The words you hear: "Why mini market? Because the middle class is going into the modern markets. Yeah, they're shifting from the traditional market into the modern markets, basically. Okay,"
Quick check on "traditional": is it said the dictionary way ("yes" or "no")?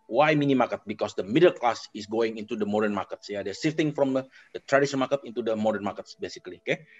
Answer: no